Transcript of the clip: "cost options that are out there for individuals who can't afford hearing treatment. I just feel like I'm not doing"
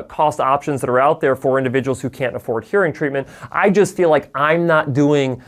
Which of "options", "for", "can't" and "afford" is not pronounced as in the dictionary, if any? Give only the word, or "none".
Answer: none